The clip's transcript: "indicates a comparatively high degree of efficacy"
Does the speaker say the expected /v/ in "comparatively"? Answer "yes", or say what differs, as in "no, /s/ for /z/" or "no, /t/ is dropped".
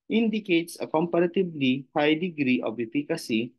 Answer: no, /b/ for /v/